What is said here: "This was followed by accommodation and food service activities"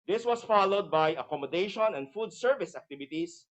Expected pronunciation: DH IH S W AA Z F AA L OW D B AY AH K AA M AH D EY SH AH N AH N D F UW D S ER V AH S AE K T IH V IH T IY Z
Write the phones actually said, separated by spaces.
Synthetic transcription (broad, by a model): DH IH S W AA S F AA L OW D B AY AH K AA M AH D EY SH AH N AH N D F UW D S ER V AH S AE K T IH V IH T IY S